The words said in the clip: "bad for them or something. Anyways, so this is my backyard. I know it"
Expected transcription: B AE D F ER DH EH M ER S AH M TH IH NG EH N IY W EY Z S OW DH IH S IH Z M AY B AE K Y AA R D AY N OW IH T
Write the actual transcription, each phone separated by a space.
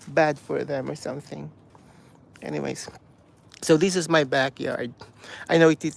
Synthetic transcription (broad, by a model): B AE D F ER DH EH M ER S AH M TH IH NG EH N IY W EY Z S OW DH IH S IH Z M AY B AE K Y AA R D AY N OW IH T